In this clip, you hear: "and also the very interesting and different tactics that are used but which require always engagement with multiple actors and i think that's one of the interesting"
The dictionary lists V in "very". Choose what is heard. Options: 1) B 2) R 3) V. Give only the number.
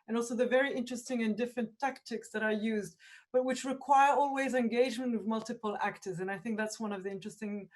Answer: 3